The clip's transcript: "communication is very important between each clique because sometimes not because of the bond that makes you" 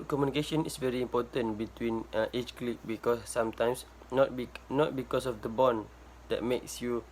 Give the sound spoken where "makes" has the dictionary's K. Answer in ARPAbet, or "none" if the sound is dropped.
K